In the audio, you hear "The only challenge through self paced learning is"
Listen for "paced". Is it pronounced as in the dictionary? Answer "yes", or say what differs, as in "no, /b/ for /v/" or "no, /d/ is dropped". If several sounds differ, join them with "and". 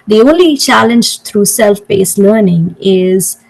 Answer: no, /b/ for /p/